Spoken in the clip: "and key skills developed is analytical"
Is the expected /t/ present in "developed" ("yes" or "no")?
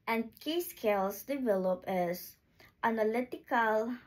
no